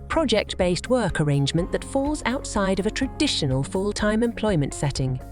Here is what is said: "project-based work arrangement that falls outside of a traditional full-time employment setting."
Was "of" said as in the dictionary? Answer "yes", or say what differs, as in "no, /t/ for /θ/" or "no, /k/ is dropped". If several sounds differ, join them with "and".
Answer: yes